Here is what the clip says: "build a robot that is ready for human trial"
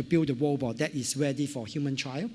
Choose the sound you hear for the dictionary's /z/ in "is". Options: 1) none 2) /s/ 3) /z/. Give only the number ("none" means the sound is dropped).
2